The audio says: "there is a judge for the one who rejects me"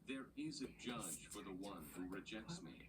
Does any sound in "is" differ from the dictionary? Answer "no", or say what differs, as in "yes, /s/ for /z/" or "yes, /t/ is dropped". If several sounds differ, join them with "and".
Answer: no